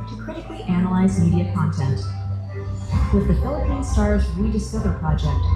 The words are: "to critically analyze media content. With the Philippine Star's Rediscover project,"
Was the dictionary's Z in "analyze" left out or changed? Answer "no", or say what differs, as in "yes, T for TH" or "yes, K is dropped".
no